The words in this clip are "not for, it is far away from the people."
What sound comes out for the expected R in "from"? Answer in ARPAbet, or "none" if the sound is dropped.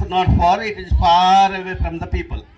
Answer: R